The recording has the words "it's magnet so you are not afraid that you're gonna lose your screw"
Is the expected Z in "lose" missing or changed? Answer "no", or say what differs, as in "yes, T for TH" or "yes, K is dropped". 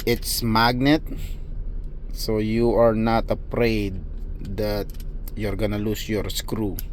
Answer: yes, S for Z